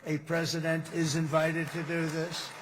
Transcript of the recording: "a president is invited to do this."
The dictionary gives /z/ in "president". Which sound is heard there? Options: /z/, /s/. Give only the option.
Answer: /z/